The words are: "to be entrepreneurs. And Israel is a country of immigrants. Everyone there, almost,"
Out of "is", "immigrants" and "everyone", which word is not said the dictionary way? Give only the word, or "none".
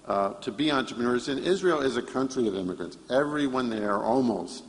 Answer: none